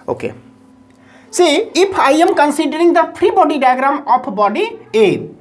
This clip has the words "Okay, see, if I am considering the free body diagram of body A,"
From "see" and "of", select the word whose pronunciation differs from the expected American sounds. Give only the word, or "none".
of